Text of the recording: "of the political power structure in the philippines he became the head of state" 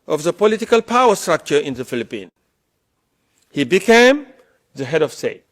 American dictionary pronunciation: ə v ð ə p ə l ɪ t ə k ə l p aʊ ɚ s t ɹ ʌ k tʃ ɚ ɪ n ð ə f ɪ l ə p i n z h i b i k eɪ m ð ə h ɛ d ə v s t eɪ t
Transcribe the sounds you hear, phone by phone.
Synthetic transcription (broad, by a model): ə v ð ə p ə l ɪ t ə k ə l p aʊ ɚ s t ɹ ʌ k tʃ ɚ ɪ n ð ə f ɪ l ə p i n h i b i k eɪ m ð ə h ɛ d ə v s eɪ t